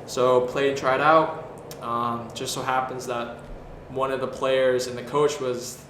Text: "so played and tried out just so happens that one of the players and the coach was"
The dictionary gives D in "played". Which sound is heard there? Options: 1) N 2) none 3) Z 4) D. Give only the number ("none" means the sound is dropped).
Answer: 2